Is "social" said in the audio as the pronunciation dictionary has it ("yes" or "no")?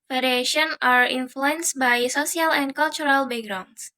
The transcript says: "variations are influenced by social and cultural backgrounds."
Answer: no